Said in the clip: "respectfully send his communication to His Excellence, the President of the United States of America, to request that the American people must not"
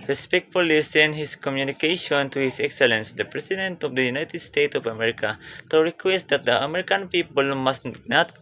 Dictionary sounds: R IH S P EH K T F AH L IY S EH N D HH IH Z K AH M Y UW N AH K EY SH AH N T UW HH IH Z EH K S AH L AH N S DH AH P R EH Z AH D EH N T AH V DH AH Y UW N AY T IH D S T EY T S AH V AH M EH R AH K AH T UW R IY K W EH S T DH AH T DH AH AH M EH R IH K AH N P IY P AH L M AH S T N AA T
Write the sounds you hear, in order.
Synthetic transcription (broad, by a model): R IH S P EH K T F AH L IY S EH N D HH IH S K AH M Y UW N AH K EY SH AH N T UW HH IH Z EH K S AH L AH N S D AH P R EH S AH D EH N T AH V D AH Y UW N AY T IH D S T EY T AH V AH M EH R AH K AH T UW R IY K W EH S T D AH T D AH AH M EH R IH K AH N P IY P AH L M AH S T N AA T